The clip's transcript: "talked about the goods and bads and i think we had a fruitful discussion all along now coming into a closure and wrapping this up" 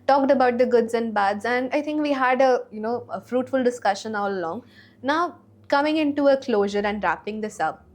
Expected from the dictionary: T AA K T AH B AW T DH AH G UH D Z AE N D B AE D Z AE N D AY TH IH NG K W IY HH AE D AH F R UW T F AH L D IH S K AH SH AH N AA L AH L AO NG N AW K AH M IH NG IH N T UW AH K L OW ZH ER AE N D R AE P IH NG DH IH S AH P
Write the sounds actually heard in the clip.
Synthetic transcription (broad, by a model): T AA K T AH B AW T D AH G UH D Z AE N D B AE D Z AE N D AY T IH NG K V IY HH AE D AH F R UW T F AH L D IH S K AH SH AH N AA L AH L AO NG N AW K AH M IH NG IH N T UW AH K L OW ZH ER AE N D R AE P IH NG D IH S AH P